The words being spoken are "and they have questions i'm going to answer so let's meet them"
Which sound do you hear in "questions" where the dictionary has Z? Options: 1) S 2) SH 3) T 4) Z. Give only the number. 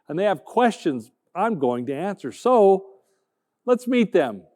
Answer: 4